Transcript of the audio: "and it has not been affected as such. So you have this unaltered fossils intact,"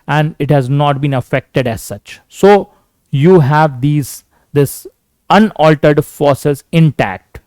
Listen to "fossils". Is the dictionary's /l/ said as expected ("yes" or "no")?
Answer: no